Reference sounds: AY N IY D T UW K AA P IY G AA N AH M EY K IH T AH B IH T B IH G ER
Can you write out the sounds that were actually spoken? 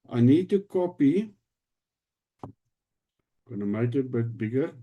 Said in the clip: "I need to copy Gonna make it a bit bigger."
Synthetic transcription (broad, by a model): AY N IY D T UW K AA P IY G AA N AH M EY IH T AH B IH T B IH G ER